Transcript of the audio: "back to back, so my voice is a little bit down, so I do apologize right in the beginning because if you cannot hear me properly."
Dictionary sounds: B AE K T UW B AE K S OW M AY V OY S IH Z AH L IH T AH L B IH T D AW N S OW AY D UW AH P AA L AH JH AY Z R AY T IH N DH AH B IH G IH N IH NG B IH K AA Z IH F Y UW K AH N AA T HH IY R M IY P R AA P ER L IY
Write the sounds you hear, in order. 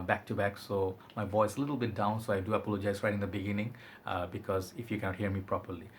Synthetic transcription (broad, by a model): B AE K T UW B AE K S OW M AY V OY S AH L IH T AH L B IH T D AW N S OW AY D UW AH P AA L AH JH AY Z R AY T IH N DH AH B IH G IH N IH NG B IH K AA Z IH F Y UW K AH N AA T HH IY R M IY P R AA P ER L IY